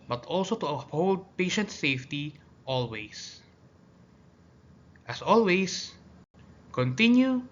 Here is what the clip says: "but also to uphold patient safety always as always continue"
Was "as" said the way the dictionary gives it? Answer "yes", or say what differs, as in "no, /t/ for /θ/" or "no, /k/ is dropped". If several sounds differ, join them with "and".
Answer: no, /s/ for /z/